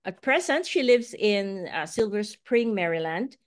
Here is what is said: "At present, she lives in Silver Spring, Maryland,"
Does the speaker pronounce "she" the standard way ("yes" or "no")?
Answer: yes